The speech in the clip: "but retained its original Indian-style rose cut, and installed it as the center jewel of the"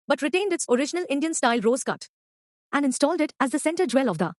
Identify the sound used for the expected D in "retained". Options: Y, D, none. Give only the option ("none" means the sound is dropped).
D